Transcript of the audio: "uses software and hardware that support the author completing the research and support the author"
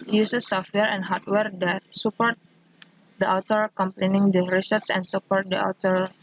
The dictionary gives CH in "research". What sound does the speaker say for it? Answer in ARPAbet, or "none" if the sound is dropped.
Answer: S